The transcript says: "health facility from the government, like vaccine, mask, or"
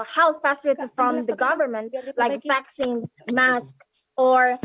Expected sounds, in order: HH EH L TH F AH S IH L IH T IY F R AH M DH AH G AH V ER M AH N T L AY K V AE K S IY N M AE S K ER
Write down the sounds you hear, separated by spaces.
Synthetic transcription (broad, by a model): HH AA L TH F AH S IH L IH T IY F R AH M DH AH G AH V ER M AH N T L AY K V AE K S IY N M AE S K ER